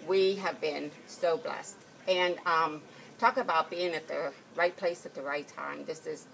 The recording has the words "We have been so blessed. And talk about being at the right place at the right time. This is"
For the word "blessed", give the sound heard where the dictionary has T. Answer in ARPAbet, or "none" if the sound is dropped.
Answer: T